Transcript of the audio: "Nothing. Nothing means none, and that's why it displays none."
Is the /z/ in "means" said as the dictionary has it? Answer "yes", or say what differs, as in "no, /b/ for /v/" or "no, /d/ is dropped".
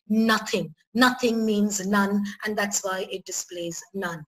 yes